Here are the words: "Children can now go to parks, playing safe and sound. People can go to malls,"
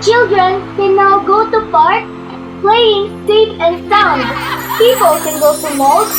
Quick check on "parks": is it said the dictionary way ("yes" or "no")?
no